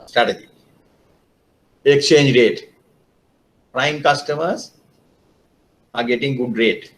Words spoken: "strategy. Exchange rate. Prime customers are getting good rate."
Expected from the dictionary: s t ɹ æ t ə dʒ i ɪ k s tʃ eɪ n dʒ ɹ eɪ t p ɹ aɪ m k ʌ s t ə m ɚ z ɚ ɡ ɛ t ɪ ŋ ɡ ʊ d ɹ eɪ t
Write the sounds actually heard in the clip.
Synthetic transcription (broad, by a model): s t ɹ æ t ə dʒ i ɪ k s tʃ eɪ n dʒ ɹ eɪ t p ɹ aɪ m k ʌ s t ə m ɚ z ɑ ɡ ɛ t ɪ ŋ ɡ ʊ d ɹ eɪ t